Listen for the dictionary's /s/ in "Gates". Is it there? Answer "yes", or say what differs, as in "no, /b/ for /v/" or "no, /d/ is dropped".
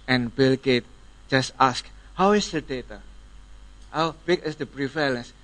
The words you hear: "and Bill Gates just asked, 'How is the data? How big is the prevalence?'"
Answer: no, /s/ is dropped